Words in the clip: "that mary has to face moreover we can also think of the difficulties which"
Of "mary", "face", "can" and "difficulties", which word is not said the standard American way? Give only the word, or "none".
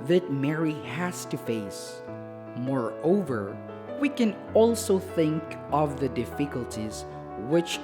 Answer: none